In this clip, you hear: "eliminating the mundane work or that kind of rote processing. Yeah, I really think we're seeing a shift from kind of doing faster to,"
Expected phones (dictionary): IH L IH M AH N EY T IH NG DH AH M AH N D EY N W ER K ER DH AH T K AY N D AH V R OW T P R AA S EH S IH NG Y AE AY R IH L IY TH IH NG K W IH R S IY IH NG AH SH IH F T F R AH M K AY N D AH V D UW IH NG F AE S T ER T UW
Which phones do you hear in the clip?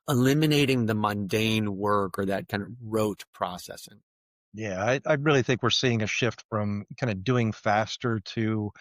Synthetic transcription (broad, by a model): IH L IH M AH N EY T IH NG DH AH M AH N D EY N W ER K ER DH AH T K AY N D AH V R OW T P R AA S EH S IH NG Y AE AY R IH L IY TH IH NG K W IH R S IY IH NG AH SH IH F T F R AH M K AY N D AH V D UW IH NG F AE S T ER T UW